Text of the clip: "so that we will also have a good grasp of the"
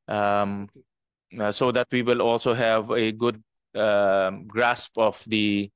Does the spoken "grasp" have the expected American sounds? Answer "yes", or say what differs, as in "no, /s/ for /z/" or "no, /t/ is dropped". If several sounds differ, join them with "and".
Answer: yes